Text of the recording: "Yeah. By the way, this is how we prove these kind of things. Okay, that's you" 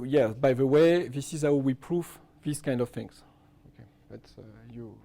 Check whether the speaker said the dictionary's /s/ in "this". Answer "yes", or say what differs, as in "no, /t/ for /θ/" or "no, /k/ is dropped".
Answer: yes